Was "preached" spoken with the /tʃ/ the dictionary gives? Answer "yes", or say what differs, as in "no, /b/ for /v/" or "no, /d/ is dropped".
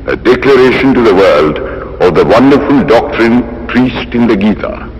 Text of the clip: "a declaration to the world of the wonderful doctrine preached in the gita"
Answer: no, /s/ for /tʃ/